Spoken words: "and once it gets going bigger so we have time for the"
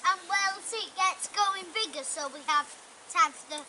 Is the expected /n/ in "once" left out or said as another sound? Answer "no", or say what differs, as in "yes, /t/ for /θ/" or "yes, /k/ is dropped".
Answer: yes, /l/ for /n/